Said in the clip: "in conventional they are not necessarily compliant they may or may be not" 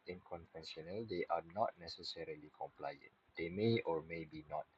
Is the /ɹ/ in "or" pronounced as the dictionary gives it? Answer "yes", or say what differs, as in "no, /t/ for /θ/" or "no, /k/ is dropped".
yes